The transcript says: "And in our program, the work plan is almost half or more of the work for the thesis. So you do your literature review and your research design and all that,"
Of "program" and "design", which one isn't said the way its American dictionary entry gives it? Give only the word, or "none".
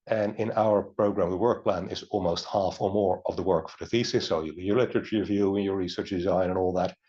none